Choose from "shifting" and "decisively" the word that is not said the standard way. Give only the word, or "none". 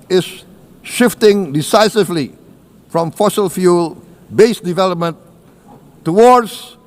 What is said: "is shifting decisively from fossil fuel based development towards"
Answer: none